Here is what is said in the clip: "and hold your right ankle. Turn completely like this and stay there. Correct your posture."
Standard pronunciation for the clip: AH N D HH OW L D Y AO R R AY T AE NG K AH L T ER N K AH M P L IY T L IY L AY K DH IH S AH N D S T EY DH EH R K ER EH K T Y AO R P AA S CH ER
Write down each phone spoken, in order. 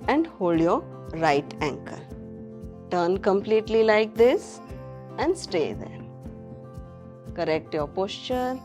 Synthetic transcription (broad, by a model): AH N D HH OW L D Y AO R R AY T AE NG K AH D T ER N K AH M P L IY T L IY L AY K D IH S AH N D S T EY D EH R K ER EH K T Y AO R P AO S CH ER